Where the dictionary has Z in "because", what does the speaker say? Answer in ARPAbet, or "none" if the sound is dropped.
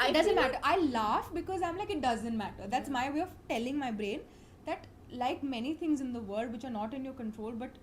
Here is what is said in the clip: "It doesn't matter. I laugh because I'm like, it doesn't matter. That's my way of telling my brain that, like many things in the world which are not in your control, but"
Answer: Z